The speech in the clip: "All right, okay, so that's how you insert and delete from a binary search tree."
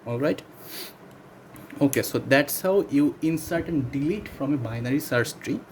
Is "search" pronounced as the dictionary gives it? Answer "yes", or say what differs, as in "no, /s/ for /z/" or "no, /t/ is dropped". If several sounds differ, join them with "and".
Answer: no, /s/ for /tʃ/